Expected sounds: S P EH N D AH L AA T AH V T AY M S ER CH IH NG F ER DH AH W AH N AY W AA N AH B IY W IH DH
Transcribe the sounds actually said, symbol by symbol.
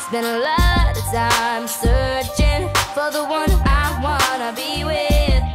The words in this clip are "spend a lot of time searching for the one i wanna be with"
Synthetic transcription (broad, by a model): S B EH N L AH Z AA AH M S ER CH IH NG F ER DH AH W AH N AY W AA N AH B IY W IH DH